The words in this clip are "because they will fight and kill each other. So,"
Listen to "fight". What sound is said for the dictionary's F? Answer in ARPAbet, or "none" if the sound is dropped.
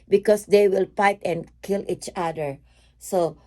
P